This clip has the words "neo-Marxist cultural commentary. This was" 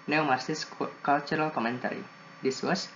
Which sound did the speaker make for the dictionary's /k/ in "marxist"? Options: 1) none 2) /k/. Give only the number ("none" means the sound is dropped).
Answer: 1